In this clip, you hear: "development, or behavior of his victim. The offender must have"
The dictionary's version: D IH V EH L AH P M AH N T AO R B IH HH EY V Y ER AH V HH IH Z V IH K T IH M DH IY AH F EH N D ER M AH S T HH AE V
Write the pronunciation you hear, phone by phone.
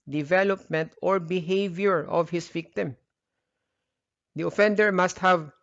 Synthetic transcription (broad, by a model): D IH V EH L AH P M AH N T AO R B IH HH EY V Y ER AH V HH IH S V IH K T IH M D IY AH F EH N D ER M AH S T HH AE V